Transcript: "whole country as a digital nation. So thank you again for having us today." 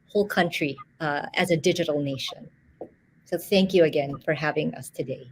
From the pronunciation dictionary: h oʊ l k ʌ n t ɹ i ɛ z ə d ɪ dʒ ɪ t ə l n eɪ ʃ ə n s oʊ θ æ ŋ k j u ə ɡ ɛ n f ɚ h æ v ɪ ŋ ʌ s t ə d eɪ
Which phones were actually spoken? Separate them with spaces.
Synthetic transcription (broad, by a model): h oʊ l k ʌ n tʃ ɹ i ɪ z ə d ɪ dʒ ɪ t l n eɪ ʃ ə n s oʊ θ æ ŋ k j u ə ɡ ɛ n f ɚ h æ v ɪ ŋ ʌ s t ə d eɪ